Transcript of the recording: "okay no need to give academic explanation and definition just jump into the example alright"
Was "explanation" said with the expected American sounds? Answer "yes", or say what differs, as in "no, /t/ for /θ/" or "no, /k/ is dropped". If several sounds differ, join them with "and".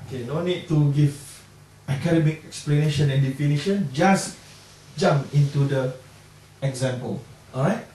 yes